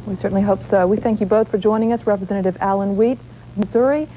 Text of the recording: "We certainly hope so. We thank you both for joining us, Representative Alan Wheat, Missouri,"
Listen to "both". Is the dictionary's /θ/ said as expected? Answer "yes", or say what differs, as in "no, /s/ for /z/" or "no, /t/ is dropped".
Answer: yes